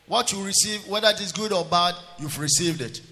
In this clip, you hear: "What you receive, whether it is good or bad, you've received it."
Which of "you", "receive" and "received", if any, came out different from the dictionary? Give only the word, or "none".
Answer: none